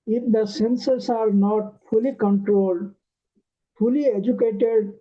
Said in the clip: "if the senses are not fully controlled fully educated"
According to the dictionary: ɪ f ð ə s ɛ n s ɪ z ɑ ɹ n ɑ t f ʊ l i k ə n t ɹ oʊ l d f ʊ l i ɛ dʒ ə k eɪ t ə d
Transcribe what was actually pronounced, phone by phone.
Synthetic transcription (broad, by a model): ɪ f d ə s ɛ n s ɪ s ɑ ɹ n ɑ t f ʊ l i k ə n t ɹ oʊ l d f ʊ l i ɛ dʒ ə k eɪ t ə d